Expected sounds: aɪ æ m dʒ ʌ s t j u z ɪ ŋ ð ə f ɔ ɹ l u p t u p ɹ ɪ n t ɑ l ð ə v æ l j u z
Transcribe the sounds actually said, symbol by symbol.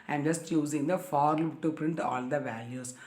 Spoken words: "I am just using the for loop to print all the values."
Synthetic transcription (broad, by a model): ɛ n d dʒ ʌ s t j u z ɪ ŋ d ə f ɔ ɹ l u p t u p ɹ ɪ n t ɑ l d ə v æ l j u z